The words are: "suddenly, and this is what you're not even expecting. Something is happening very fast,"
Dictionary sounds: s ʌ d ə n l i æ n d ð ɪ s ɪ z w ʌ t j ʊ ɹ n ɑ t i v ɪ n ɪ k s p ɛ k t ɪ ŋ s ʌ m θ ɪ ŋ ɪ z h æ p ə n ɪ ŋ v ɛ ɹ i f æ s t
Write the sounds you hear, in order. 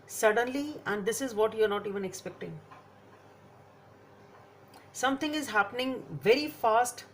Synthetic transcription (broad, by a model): s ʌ d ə n l i æ n d ɪ s ɪ z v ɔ t j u ɹ n ɑ t i v ɪ n ɪ k s p ɛ k t ɪ ŋ s ʌ m t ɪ ŋ ɪ z h æ p ə n ɪ ŋ v ɛ ɹ i f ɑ s t